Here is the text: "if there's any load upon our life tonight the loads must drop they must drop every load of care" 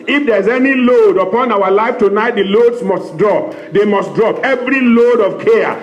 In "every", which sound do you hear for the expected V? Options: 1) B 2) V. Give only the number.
2